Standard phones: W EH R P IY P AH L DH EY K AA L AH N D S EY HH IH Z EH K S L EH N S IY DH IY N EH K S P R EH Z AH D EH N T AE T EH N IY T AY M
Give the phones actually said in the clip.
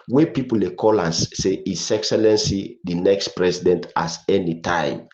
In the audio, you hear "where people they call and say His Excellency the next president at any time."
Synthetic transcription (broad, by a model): W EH P IY P AH L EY K AA L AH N S EY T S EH K S L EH N S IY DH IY N EH K S P R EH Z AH D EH N T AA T EH N IY T AY M